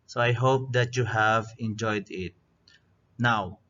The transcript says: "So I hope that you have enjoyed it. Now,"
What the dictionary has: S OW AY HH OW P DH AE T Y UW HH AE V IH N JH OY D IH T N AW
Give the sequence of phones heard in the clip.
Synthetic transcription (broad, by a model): S OW AY HH OW P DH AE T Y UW HH AE V IH N JH OY D IH T N AW